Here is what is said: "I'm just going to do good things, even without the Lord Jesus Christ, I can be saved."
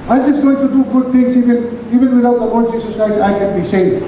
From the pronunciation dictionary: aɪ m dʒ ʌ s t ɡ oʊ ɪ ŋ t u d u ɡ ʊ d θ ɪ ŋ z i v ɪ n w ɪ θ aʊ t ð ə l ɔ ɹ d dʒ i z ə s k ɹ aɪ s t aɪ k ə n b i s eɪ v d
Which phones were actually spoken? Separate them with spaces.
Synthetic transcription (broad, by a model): aɪ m dʒ ʌ s t ɡ oʊ ɪ ŋ t u d u ɡ ʊ d t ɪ ŋ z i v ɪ n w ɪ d aʊ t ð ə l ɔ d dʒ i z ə s k ɹ aɪ s t aɪ k ə n b i s eɪ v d